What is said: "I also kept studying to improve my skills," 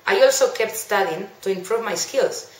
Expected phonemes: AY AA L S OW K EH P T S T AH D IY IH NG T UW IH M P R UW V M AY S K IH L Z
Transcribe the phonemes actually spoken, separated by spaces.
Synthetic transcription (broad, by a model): AY AA L S OW K EH P T S T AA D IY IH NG T UW IH M P R UW V M AY S K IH L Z